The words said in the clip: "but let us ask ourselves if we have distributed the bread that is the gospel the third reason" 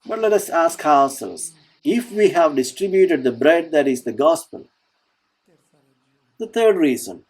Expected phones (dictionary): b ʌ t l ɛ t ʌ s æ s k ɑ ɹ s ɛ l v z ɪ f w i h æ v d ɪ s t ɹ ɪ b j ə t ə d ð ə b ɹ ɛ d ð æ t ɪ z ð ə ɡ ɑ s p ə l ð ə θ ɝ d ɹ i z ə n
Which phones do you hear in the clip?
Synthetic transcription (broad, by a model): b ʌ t l ɛ t ʌ s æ s k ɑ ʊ s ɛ l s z ɪ f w i h æ v d ɪ s t ɹ ɪ b j ə t ə d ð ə b ɹ ɛ d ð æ t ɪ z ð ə ɡ ɑ s p ə l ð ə t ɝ d ɹ i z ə n